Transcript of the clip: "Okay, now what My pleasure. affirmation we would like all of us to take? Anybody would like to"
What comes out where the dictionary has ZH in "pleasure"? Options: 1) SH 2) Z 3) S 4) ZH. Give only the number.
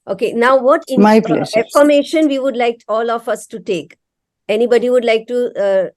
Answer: 3